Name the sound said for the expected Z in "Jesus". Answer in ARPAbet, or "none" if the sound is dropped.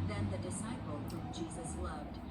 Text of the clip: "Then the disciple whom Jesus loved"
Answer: Z